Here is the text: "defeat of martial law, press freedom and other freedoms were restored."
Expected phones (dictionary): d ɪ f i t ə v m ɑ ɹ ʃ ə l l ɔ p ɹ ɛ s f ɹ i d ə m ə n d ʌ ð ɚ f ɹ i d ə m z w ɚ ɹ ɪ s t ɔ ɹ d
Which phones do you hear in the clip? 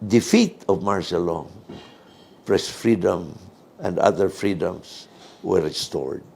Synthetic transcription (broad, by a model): d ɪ f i t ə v m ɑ ɹ s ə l l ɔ p ɹ ɛ s f ɹ i d ə m ə n d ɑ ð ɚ f ɹ i d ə m s w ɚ ɹ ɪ s t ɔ ɹ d